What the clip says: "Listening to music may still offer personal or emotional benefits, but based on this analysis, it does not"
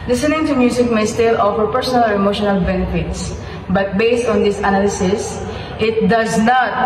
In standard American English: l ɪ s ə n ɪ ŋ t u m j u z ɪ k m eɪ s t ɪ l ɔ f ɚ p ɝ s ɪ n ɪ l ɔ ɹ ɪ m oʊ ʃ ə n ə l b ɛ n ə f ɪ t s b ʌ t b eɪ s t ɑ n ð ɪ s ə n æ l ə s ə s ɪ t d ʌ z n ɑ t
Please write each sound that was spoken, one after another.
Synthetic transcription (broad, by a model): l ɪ s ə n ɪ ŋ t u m j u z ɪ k m eɪ s t ɪ l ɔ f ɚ p ɝ s ɪ n ɪ l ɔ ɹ ɪ m oʊ ʃ ə n ə l b ɛ n ə f ɪ t s b ʌ t b eɪ s t ɑ n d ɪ s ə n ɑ l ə s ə s ɪ t d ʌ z n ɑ t